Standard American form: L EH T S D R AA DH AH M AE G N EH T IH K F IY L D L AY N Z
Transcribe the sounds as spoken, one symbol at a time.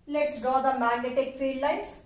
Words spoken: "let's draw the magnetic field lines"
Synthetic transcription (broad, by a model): L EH T S D R AA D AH M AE G N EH T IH K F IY D L AY N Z